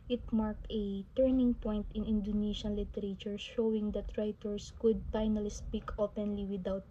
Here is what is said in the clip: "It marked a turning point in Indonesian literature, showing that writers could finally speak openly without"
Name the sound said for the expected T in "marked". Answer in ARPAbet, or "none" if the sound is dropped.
T